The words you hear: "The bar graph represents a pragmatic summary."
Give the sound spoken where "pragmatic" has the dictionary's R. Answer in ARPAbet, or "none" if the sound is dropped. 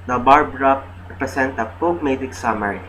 none